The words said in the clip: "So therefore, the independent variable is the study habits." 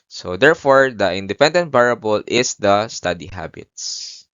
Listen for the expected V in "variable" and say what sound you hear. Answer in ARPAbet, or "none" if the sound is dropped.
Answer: B